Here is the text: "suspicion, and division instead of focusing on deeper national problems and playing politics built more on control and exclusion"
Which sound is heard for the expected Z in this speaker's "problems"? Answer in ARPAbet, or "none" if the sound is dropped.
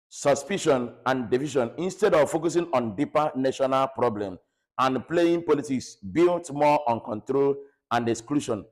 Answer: none